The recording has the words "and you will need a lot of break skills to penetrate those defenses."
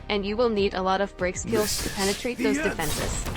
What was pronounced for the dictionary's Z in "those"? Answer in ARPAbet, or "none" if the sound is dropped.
Z